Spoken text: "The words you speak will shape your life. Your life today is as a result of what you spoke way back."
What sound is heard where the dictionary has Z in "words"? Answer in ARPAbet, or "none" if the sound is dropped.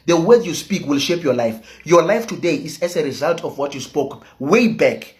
none